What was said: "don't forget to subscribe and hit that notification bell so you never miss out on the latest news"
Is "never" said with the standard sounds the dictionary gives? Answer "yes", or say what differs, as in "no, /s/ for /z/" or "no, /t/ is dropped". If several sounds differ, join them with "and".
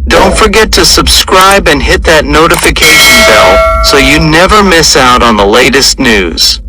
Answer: yes